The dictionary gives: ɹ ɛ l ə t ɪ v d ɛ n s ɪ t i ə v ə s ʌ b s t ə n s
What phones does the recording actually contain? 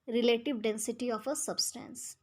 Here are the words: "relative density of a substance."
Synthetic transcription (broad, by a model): ɹ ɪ l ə t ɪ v d ɛ n s ɪ t i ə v ə s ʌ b s t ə n s